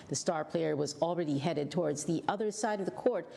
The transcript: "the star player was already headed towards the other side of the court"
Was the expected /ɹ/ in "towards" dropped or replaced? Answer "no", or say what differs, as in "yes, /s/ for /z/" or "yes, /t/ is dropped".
no